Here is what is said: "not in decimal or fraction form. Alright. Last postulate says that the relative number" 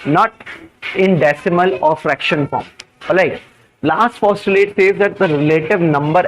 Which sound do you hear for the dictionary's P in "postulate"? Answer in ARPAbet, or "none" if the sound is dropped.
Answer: F